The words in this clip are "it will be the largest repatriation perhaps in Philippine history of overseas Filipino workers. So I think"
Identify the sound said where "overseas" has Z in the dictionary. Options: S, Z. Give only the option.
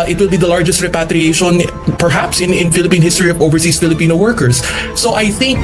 S